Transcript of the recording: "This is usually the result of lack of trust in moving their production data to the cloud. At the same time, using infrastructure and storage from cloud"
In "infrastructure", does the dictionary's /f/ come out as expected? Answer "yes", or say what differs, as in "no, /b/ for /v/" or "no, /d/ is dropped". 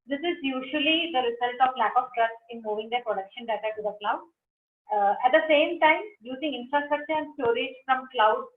yes